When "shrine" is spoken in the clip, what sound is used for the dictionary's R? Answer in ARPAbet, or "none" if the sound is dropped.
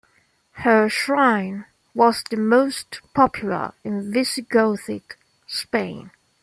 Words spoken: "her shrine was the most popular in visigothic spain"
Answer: R